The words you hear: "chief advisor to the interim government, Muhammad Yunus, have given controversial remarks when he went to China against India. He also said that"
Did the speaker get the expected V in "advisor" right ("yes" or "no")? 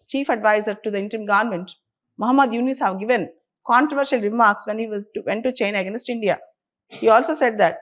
yes